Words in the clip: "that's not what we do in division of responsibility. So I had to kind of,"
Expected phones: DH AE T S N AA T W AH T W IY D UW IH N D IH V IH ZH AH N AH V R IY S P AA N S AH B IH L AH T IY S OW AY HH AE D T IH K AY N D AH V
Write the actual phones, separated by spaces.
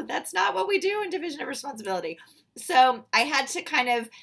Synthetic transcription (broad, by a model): DH AE T S N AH T W AH T W IY D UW IH N D IH V IH ZH AH N AH V R IY S P AA N S AH B IH L AH T IY S OW AY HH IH D T IH K AY N D AH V